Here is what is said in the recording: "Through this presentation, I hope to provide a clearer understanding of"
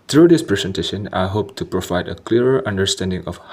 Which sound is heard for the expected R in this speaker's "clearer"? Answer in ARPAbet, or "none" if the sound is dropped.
none